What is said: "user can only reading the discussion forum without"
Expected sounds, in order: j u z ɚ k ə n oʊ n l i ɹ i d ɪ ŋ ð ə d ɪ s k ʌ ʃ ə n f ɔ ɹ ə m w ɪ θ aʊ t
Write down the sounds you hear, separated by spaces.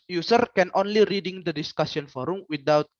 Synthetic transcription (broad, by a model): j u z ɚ k ə n oʊ n l i ɹ i d ɪ ŋ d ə d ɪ s k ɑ s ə n f ɔ ɹ ə m w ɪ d aʊ t